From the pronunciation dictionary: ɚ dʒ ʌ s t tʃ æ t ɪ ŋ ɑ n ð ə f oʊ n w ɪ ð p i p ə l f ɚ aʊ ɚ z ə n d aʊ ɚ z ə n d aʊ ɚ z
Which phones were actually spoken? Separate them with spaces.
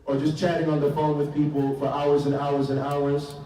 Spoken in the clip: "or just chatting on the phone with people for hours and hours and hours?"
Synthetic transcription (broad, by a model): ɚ dʒ ʌ s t tʃ æ t ɪ ŋ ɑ n ð ə f oʊ n w ɪ ð p i p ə l f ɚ aʊ ɚ z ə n aʊ ɚ z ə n aʊ ɚ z